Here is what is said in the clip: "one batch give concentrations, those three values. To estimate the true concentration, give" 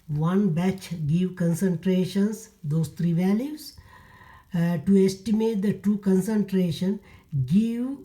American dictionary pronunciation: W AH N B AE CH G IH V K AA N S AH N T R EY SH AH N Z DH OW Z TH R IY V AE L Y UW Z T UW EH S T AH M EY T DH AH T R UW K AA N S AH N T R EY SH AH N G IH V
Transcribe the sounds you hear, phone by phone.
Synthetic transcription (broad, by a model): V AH N B AE CH G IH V K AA N S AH N T R EY SH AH N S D OW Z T R IY V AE L Y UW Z T UW EH S T AH M EY T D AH T UW K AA N S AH N T R EY SH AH N G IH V